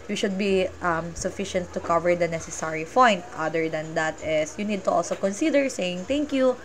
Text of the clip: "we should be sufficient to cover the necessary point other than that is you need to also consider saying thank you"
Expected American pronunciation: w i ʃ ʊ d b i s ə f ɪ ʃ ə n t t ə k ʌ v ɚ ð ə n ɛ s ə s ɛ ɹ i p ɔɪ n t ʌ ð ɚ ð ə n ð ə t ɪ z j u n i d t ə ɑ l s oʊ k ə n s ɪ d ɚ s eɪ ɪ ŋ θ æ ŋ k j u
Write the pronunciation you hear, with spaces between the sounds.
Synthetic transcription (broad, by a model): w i ʃ ʊ d b i s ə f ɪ ʃ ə n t t ə k ʌ v ɚ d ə n ɛ s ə s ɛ ɹ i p ɔɪ n t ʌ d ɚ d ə n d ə t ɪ s j u n i d t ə ɑ l s oʊ k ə n s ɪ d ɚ s eɪ ɪ ŋ t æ ŋ k j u